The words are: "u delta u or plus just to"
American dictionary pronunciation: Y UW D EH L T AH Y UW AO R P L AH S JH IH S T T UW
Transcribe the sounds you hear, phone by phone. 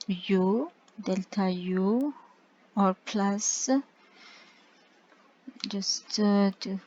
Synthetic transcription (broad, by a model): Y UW D EH L T AH Y UW AO R P L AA S JH IH S T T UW